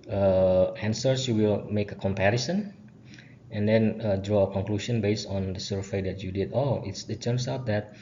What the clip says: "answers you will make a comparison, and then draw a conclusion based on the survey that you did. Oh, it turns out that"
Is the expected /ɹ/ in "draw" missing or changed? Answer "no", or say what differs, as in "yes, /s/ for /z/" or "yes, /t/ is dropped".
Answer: no